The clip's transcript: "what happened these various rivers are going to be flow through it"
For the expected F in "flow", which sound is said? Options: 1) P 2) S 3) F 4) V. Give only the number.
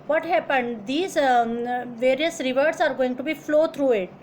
3